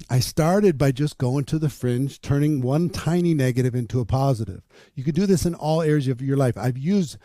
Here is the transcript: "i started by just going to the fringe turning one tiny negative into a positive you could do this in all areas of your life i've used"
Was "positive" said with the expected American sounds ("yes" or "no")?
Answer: yes